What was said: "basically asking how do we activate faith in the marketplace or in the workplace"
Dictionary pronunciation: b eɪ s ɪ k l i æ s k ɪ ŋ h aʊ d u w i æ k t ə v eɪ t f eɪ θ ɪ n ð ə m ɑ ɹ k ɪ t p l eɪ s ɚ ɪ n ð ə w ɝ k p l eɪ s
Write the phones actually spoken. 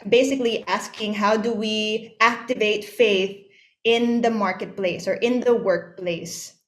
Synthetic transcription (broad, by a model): b eɪ s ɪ k l i æ s k ɪ ŋ h aʊ d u w i æ k t ə v eɪ t f eɪ θ ɪ n ð ə m ɑ ɹ k ɪ t p l eɪ s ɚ ɪ n ð ə w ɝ k p l eɪ s